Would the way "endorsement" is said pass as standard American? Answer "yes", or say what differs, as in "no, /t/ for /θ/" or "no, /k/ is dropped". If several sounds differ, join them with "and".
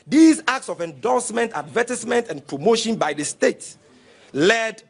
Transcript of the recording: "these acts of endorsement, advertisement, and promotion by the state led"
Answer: no, /l/ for /ɹ/